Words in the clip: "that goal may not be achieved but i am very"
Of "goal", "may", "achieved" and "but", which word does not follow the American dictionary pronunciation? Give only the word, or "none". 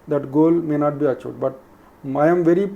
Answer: achieved